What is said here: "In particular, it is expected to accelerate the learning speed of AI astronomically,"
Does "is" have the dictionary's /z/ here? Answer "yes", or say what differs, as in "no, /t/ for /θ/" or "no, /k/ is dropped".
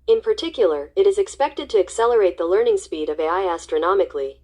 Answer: yes